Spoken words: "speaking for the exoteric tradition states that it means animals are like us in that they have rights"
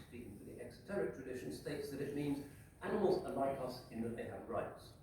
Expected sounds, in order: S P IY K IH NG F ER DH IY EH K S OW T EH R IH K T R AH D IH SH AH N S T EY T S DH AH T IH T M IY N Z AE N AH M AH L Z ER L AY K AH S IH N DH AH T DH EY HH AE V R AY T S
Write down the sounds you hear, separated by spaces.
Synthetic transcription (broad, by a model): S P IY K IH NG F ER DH IY EH K S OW T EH R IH K T R AH D IH SH AH N S T EY T S DH AH T IH T M IY N Z AE N AH M AH L Z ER L AY K AH S IH N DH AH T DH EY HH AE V R AY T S